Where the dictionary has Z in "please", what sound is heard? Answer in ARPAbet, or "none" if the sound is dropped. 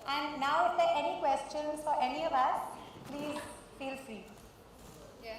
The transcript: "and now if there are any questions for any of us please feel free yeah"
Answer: none